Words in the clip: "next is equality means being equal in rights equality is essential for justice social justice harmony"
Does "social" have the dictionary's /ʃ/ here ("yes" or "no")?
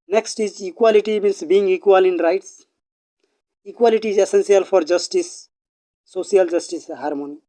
no